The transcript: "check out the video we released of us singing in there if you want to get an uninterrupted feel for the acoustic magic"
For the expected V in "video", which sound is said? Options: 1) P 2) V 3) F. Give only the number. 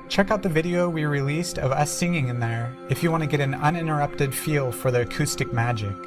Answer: 2